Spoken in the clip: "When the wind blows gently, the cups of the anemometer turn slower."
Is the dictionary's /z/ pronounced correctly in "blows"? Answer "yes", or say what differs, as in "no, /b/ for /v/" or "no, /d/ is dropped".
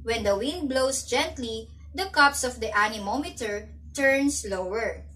no, /s/ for /z/